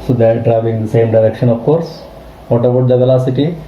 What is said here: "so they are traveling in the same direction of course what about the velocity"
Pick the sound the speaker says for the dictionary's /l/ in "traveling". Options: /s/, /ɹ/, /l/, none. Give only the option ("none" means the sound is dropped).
none